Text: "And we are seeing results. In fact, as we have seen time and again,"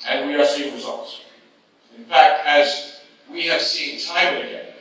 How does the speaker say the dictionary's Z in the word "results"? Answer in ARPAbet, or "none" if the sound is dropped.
Z